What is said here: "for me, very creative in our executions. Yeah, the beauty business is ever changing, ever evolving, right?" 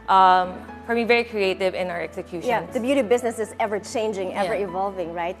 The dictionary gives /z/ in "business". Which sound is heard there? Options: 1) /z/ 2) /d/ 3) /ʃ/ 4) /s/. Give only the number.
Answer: 1